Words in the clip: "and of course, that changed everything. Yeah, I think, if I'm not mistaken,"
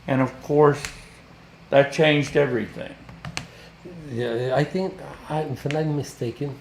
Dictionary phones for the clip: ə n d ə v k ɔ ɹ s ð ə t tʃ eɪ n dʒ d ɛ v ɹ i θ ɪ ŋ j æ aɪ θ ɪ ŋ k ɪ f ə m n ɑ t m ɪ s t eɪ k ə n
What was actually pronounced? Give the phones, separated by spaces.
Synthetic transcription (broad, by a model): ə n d ə v k ɔ ɹ s ð ə t tʃ eɪ n dʒ d ɛ v ɹ i θ ɪ ŋ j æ aɪ θ ɪ ŋ k ɪ f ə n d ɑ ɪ m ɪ s t eɪ k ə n